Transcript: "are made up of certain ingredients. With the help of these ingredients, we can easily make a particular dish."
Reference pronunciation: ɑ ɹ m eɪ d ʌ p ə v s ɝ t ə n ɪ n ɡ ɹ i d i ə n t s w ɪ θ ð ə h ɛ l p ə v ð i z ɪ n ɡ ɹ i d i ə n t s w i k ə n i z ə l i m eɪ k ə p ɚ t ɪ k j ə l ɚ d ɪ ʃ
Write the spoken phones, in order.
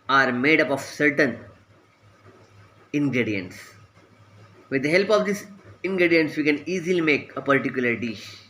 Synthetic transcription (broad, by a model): ɑ ɹ m eɪ d ʌ p ə v s ɝ t ə n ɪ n ɡ ɹ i d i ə n t s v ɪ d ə h ɛ l p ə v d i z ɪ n ɡ ɹ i d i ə n t s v i k ə n i z ə l i m eɪ k ə p ɚ t ɪ k j ə l ɚ d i ʃ